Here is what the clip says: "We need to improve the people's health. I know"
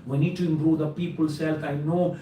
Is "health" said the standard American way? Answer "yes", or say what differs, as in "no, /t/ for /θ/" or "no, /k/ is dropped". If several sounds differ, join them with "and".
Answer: no, /f/ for /θ/